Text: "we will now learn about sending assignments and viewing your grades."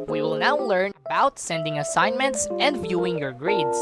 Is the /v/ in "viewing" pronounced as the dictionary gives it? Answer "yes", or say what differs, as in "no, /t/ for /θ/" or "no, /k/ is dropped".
yes